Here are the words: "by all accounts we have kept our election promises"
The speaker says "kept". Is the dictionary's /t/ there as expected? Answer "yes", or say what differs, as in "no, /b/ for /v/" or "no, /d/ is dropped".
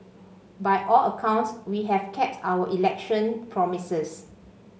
yes